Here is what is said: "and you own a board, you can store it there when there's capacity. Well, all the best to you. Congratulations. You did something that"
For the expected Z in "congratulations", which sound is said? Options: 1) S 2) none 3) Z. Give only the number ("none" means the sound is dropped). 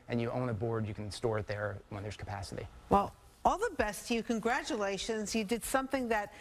3